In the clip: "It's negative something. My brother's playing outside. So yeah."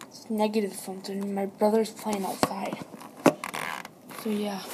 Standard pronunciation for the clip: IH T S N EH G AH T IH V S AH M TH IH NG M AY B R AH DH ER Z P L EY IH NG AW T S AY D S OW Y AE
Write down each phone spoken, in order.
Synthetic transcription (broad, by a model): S N EH G AH T IH V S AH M T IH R M AY B R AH DH ER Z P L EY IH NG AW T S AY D S OW Y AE